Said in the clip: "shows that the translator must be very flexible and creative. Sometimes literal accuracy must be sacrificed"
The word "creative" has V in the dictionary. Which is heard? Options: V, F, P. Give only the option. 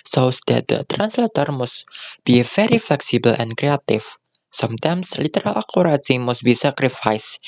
F